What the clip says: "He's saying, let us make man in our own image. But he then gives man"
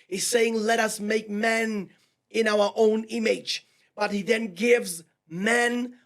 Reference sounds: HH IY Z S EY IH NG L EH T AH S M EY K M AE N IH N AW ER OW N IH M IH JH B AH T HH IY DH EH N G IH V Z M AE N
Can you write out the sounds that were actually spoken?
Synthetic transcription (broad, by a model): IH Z S EY IH NG L EH T AH S M EY K M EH N IH N AW ER OW N IH M IH JH B AH T HH IY DH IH N G IH V Z M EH N